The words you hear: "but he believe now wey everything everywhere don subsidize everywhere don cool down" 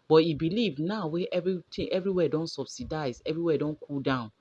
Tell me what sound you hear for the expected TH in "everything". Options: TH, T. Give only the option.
T